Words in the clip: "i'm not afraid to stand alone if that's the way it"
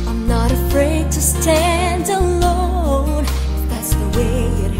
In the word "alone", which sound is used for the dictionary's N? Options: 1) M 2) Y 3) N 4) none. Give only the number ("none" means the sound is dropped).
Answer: 4